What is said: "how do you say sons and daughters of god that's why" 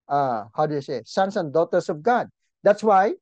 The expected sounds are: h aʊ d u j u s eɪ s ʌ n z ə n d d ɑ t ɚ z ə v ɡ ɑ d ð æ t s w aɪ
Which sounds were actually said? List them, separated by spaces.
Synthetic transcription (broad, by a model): h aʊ d u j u s eɪ s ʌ n s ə n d d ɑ t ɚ s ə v ɡ ɑ d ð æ t s w aɪ